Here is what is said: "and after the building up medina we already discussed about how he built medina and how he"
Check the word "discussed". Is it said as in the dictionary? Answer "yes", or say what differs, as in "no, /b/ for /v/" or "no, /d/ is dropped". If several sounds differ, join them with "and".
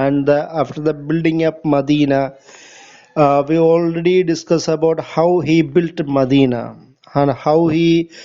no, /t/ is dropped